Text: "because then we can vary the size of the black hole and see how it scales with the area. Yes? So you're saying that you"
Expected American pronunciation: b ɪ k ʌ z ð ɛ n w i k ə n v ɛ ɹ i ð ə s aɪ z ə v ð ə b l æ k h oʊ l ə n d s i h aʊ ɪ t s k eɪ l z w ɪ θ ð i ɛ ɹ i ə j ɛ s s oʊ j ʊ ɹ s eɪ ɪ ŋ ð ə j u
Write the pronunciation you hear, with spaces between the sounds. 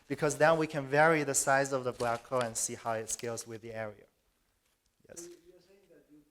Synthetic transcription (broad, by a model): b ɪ k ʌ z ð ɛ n w i k ə n v ɛ ɹ i ð ə s aɪ z ə v ð ə b l æ k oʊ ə n s i h aʊ ɪ t s k eɪ l z w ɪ ð i ɛ ɹ i ə j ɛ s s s